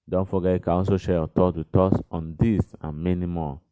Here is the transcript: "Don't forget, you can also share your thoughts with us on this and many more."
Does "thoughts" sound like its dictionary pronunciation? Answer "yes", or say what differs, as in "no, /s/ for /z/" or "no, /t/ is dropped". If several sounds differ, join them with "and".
no, /s/ is dropped